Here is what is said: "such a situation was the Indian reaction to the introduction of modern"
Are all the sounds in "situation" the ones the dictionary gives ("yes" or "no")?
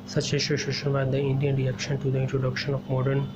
no